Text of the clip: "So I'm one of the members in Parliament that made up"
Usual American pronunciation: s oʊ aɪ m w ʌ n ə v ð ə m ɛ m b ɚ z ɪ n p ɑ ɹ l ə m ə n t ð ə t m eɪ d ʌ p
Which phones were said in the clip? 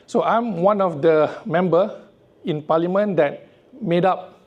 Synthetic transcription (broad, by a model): s oʊ aɪ m w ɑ n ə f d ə m ɛ m b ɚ ɪ n p ɑ l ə m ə n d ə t m eɪ d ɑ p